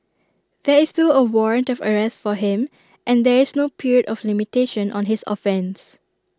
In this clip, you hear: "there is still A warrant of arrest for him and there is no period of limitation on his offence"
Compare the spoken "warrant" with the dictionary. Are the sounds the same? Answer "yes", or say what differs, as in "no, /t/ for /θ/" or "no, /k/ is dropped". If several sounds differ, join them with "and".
yes